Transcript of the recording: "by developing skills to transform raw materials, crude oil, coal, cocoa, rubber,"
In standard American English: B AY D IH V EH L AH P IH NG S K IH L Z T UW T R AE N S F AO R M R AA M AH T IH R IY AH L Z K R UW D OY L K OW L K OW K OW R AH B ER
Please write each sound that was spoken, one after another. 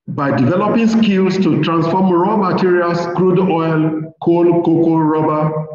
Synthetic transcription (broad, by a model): B AY D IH V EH L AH P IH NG S K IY L S T UW T R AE N S F AO M R AA M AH T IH R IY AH L S K R UW D OY L K OW L K OW K OW R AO B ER